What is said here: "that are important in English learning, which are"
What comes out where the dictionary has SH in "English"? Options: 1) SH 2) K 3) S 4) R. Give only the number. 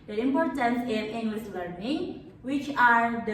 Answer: 3